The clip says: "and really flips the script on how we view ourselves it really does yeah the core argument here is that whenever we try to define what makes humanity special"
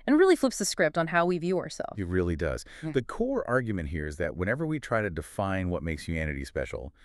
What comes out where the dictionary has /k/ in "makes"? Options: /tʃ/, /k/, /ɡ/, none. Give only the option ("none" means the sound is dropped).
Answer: /k/